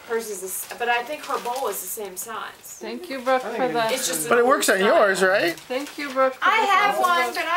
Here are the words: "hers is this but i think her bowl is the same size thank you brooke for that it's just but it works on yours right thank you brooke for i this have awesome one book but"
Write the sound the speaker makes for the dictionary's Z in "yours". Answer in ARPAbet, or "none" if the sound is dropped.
Z